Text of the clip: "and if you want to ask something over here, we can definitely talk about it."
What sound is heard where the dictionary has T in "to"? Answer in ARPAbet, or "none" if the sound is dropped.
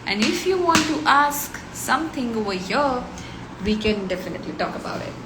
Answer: T